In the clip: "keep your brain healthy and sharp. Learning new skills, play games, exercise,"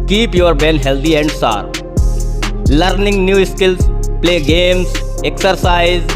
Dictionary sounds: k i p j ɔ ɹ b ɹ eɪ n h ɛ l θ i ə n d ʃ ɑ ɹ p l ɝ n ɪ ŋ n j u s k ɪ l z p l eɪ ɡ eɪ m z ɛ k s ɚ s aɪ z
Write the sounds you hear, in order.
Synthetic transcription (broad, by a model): k i p j ɔ ɹ b eɪ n h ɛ l t i ə n d s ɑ ɹ l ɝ n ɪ ŋ n j u s k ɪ l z p l eɪ ɡ eɪ m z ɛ k s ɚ s aɪ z